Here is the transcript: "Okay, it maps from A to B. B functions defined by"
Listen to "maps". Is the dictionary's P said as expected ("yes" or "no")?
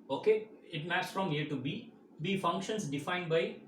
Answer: no